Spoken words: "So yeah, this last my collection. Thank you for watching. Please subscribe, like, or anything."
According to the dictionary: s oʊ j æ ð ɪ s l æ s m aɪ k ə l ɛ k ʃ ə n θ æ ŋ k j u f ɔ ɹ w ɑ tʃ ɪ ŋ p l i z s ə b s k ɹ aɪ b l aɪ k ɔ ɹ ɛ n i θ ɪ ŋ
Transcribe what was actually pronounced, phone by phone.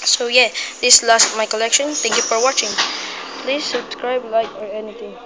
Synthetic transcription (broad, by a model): s oʊ j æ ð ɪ s l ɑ s m aɪ k ə l ɛ k ʃ ə n t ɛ ŋ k j u f ɔ ɹ w ɑ tʃ ɪ ŋ p l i s ə b s k ɹ aɪ b l aɪ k ɔ ɹ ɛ n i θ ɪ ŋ